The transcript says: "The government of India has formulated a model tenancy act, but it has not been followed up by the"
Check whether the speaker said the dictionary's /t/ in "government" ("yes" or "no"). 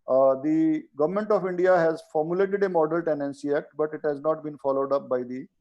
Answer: yes